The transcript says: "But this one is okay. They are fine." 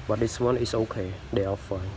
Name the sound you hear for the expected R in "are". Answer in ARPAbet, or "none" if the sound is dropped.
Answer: L